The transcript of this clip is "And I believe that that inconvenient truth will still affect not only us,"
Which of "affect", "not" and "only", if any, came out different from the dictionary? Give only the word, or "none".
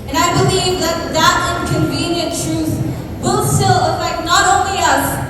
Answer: affect